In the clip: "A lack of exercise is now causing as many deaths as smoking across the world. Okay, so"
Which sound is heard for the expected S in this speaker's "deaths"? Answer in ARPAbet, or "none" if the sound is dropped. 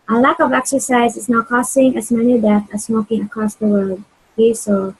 none